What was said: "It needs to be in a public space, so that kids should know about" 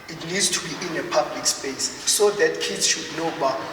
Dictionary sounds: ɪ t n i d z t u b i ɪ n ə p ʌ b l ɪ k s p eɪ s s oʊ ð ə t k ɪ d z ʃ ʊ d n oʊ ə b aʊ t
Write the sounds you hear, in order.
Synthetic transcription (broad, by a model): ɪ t l i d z t u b i ɪ n ə p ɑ b l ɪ k s p eɪ s s oʊ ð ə t k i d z ʃ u d n oʊ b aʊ